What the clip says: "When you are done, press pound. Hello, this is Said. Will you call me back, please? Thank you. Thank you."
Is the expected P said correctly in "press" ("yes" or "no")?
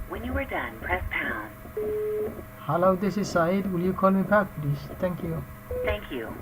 yes